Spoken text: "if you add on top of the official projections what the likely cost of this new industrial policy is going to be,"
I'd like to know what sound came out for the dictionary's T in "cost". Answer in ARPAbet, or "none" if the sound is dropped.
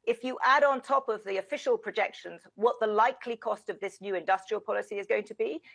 T